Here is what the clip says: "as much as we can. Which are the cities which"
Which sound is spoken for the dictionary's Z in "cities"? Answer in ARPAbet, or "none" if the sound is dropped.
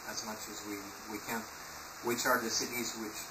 Z